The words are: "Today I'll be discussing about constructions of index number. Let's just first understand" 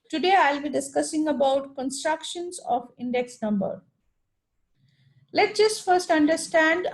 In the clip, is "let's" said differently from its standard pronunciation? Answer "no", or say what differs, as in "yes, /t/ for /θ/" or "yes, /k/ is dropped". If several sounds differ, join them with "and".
yes, /s/ is dropped